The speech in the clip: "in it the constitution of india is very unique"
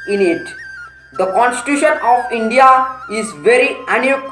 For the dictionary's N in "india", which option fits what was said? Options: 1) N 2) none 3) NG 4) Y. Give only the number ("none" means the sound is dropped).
1